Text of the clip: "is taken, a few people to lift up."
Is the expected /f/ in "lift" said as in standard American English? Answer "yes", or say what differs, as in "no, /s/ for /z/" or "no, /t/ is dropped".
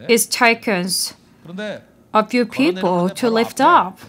yes